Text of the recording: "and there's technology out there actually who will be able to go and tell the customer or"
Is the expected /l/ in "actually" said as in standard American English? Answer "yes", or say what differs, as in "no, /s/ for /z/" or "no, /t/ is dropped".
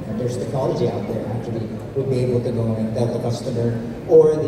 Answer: no, /l/ is dropped